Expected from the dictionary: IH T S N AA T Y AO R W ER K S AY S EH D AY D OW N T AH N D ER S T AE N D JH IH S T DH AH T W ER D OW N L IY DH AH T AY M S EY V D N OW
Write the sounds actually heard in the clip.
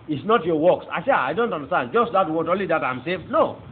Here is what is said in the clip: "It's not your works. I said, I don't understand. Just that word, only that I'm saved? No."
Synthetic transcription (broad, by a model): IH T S N AA T Y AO W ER K S AY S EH AY D OW N T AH N D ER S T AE N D JH IH S T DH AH T W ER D OW N L IY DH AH T AY M S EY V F N OW